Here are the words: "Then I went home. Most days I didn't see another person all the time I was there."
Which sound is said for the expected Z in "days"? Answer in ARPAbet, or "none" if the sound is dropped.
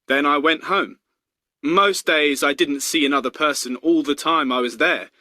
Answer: Z